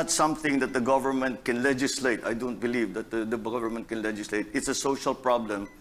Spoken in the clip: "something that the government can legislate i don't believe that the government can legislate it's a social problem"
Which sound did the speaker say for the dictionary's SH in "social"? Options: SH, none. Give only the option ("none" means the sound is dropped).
SH